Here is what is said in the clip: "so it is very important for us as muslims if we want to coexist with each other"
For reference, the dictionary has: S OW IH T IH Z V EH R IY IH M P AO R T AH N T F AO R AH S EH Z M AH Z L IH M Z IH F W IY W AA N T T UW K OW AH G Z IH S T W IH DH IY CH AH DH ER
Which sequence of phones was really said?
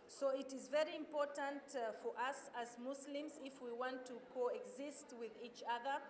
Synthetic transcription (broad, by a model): S OW IH T IH Z V EH R IY IH M P AO R T AH N T F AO R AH S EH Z M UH S L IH M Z IH F W IY W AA N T T UW K OW AH G Z IH S T W IH DH IY CH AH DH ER